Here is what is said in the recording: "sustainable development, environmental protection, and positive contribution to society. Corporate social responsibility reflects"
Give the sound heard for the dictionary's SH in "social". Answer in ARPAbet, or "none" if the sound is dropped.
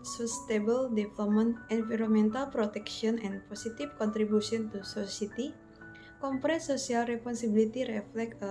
S